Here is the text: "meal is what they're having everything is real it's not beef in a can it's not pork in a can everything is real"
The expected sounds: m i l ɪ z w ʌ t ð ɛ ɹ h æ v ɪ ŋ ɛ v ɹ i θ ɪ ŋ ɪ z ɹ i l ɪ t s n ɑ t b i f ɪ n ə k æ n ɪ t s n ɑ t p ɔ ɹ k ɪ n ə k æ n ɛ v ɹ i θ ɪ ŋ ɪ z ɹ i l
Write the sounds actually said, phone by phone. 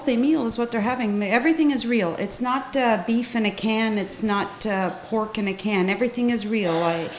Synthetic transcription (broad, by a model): m i l ɪ z w ʌ t ð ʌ ɹ h æ v ɪ ŋ ɛ v ɹ i θ ɪ ŋ ɪ z ɹ i l ɪ t s n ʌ t b i f ɪ n ə k æ n ɪ t s n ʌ t p ɔ ɹ k ɪ n ə k æ n ɛ v ɹ i θ ɪ ŋ ɪ z ɹ i l